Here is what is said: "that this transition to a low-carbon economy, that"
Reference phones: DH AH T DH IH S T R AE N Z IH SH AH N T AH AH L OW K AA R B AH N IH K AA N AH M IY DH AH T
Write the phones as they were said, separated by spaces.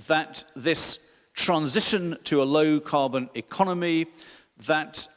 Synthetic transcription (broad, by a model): DH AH T DH IH S T R AE N Z IH SH AH N T AH AH L OW K AA B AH N IH K AA N AH M IY DH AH T